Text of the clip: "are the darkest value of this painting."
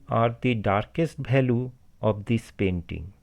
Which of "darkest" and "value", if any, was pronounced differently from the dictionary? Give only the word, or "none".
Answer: value